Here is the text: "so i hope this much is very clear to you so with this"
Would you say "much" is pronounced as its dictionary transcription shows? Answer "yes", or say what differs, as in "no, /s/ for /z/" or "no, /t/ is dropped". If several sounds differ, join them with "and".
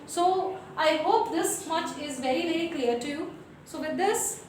yes